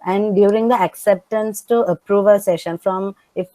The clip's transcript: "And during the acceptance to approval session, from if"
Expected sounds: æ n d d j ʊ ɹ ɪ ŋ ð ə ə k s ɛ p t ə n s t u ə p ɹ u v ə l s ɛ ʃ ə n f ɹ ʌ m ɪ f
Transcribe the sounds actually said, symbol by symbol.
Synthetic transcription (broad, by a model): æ n d d j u ɹ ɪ ŋ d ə ə k s ɛ p t ə n s t u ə p ɹ u v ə s ɛ ʃ ə n f ɹ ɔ m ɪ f